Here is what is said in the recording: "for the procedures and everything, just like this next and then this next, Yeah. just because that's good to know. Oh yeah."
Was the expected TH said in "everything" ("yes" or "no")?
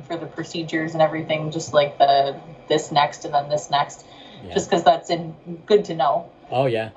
yes